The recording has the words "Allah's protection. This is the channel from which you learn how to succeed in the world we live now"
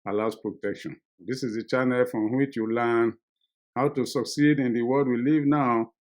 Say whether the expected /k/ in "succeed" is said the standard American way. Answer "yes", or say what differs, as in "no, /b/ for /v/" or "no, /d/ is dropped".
yes